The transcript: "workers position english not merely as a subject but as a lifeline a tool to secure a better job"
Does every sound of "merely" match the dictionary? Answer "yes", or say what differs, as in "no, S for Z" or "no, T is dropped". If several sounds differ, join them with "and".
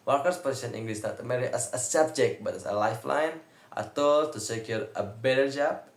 no, L is dropped